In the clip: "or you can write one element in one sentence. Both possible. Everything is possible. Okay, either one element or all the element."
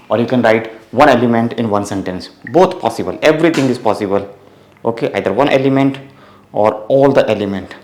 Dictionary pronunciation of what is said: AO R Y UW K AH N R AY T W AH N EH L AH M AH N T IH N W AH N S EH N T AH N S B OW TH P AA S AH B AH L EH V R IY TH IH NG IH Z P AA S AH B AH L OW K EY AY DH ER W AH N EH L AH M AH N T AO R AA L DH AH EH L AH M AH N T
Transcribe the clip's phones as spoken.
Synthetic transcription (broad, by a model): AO R Y UW K AH N R AY T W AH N EH L AH M AH N T IH N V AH N S EH N T AH N S B OW T P AA S AH B AH L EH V R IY T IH NG IH Z P AA S AH B AH L OW K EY AY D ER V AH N EH L AH M AH N T AO R AA L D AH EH L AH M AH N T